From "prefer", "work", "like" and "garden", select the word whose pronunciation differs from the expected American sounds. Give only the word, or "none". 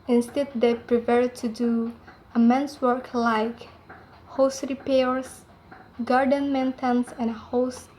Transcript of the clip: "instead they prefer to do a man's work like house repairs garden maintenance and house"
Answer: prefer